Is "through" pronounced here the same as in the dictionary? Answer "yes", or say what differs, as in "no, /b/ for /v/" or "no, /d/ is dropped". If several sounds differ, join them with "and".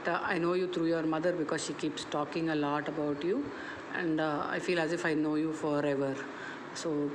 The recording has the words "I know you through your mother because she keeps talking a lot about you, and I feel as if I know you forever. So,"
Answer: no, /t/ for /θ/